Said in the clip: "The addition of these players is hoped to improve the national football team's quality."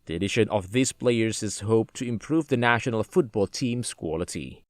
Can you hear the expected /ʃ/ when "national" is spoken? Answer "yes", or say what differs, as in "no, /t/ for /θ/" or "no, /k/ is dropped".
yes